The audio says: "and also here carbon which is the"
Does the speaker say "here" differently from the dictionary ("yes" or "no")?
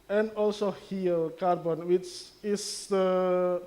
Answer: yes